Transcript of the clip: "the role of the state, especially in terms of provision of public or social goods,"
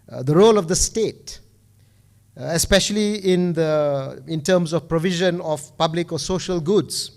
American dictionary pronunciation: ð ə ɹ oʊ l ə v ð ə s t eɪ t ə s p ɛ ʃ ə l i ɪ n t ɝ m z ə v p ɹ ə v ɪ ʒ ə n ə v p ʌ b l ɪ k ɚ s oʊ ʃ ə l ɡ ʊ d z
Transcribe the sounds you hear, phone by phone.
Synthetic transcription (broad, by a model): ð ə ɹ oʊ l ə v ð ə s t eɪ t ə s p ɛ ʃ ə l i ɪ n t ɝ m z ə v p ɹ ə v ɪ ʒ ə n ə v p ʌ b l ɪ k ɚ s oʊ ʃ ə l ɡ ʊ d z